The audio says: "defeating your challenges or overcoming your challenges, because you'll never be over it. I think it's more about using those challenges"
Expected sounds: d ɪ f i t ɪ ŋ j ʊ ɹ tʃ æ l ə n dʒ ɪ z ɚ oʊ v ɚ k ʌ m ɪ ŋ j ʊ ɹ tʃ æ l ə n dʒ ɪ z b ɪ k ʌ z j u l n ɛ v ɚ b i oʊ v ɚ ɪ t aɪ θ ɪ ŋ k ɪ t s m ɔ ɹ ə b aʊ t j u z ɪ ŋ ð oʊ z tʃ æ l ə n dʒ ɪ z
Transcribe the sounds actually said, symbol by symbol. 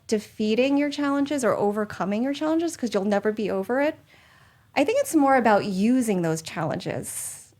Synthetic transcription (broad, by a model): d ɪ f i t ɪ ŋ j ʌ ɹ tʃ æ l ə n dʒ ɪ z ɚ oʊ v ɚ k ʌ m ɪ ŋ j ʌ ɹ tʃ æ l ə n dʒ ɪ z k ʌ z j u l n ɛ v ɚ b i oʊ v ɚ ɪ t aɪ θ ɪ ŋ k ɪ t s m ɔ ɹ ə b aʊ t j u z ɪ ŋ ð oʊ z tʃ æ l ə n dʒ ɪ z